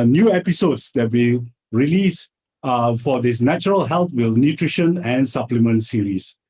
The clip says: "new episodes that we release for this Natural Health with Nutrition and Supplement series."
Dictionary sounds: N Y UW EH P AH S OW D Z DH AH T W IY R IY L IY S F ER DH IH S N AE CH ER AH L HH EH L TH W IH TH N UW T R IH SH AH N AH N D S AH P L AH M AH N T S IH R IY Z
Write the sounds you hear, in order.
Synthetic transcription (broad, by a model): N Y UW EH P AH S OW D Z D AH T W IY R IY L IY S F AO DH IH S N AE CH ER AH L HH EH L T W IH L N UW T R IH SH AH N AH N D S AH P L AH M AH N T S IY R IY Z